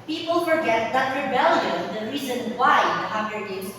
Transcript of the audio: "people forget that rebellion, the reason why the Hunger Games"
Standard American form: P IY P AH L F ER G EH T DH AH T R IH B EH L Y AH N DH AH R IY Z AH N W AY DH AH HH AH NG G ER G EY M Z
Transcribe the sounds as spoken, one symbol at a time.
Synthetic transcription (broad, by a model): P IY P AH L F ER G EH T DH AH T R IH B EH L Y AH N DH AH R IY Z AH N W AY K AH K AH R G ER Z